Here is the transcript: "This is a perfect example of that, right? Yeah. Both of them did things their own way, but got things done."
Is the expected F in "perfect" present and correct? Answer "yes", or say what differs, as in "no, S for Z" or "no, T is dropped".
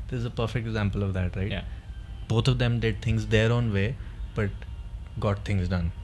yes